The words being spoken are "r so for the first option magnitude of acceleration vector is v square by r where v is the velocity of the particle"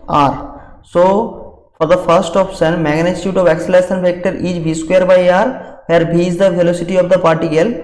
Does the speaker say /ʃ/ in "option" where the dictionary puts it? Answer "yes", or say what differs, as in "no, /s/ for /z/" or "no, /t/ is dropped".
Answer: no, /s/ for /ʃ/